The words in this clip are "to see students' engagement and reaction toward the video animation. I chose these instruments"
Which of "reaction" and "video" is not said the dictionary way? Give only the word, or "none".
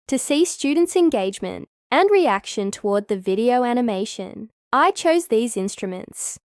none